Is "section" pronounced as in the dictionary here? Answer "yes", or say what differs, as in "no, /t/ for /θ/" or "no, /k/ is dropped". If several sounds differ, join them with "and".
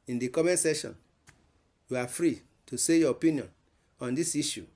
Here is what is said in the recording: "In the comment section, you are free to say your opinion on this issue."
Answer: no, /k/ is dropped